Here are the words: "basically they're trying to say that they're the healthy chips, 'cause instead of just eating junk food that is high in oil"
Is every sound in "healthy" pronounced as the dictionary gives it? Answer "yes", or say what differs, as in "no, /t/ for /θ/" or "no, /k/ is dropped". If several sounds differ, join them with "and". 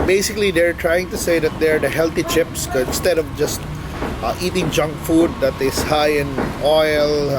no, /t/ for /θ/